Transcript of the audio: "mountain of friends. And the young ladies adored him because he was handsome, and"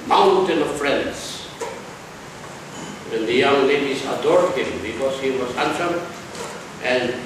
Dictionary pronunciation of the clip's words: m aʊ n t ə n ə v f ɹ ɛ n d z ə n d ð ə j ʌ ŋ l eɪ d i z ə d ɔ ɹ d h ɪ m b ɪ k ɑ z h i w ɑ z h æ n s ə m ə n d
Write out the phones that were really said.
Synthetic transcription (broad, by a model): m aʊ n t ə n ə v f ɹ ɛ n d s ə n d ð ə j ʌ ŋ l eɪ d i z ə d ɔ ɹ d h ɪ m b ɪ k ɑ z h i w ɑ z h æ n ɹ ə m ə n